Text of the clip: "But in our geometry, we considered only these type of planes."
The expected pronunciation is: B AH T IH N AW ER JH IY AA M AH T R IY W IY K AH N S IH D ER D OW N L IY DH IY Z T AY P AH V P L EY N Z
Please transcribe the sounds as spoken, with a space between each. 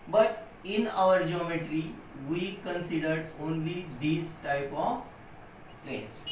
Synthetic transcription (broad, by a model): B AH T IH N AW ER JH IY AA M AH T R IY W IY K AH N S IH D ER D OW N L IY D IY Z T AY P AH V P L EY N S